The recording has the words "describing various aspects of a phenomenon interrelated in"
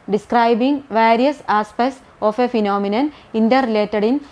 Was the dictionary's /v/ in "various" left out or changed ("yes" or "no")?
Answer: no